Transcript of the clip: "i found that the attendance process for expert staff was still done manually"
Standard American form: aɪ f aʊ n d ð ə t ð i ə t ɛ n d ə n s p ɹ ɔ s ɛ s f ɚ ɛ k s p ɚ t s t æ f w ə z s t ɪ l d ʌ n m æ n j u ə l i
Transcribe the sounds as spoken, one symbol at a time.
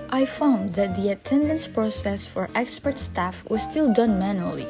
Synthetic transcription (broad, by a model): aɪ f aʊ n d ð ə t ð i ə t ɛ n d ə n s p ɹ ɔ s ɛ s f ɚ ɛ k s p ɚ t s t æ f w ə z s t ɪ l d ʌ n m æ n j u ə l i